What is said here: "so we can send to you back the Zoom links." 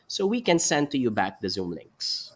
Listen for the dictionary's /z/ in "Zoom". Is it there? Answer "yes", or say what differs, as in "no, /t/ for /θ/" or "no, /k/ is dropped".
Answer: yes